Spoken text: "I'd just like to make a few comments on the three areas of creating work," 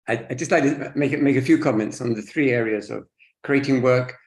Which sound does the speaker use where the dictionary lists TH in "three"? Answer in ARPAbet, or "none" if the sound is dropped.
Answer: TH